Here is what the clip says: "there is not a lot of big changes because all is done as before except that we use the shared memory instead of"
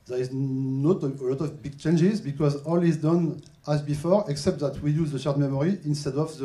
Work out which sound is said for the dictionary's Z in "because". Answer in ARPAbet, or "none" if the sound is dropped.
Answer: Z